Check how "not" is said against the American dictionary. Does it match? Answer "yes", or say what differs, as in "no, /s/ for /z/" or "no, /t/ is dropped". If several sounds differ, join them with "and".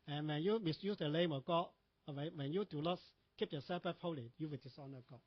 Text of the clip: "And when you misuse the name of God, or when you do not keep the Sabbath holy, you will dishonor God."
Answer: no, /l/ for /n/